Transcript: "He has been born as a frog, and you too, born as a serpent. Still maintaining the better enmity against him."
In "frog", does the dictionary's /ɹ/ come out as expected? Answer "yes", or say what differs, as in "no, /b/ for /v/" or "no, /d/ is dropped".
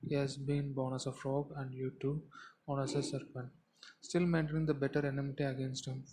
yes